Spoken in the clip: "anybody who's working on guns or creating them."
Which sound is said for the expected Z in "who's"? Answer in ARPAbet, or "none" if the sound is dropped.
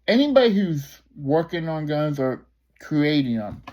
Z